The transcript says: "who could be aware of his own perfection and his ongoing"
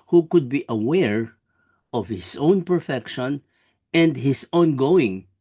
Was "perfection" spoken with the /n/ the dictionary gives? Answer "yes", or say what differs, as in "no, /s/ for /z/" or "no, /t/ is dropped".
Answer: yes